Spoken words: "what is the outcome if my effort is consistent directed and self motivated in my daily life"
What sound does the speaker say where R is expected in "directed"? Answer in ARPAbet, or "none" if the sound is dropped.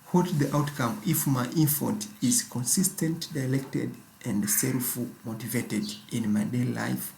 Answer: L